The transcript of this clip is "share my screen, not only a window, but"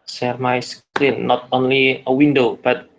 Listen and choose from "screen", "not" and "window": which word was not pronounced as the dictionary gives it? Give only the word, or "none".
screen